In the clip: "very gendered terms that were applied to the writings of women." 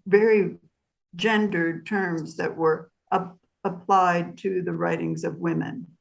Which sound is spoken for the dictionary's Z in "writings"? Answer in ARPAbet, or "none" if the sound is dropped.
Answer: Z